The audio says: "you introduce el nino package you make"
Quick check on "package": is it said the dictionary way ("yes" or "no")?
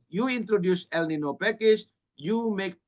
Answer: no